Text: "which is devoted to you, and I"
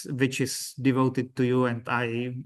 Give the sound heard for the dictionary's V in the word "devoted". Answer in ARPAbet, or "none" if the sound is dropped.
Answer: V